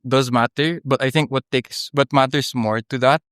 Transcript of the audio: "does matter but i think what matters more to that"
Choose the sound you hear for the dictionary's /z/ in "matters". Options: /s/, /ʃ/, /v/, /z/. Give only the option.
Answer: /s/